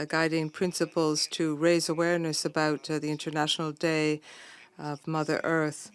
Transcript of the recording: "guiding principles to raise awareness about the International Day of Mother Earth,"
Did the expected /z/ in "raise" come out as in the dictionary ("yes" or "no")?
yes